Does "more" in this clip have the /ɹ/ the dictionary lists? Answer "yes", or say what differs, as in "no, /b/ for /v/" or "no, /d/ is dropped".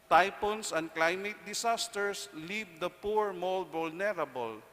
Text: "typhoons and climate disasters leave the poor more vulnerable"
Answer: no, /l/ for /ɹ/